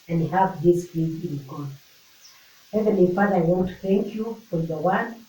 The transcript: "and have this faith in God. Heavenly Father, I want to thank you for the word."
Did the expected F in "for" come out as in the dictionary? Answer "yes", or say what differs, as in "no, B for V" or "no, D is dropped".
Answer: yes